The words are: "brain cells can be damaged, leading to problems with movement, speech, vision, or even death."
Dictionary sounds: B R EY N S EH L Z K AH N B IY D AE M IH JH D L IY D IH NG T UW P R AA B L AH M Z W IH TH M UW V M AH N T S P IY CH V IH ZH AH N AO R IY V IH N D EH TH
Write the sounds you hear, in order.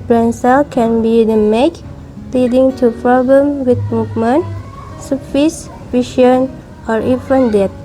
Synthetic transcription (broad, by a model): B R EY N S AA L K AH N B IY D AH M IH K L IY D IH NG T UW P R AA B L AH M W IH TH M UW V M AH N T S F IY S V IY SH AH N AO R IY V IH N D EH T